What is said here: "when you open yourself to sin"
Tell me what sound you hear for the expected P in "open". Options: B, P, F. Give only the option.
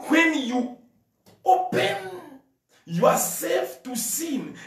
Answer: P